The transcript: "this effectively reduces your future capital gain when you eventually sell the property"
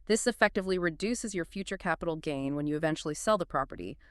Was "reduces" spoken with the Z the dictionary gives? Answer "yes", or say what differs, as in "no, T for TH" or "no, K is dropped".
yes